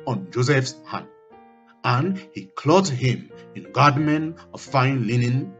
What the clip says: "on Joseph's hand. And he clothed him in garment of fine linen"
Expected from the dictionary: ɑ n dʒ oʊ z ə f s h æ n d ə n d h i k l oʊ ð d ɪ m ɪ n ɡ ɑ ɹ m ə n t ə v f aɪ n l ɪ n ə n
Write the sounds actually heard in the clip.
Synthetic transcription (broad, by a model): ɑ n dʒ oʊ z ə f s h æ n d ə n h i k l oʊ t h ɪ m ɪ n ɡ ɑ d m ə n ə v f aɪ n l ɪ n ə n